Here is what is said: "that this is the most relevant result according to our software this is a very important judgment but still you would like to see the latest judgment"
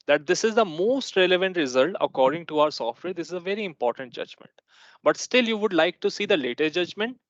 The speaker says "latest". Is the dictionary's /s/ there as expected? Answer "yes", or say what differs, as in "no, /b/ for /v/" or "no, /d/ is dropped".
no, /s/ is dropped